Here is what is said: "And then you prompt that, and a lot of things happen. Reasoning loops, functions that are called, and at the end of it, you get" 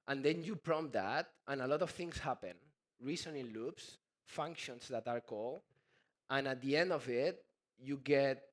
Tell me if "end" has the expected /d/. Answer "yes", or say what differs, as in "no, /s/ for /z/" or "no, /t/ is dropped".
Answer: yes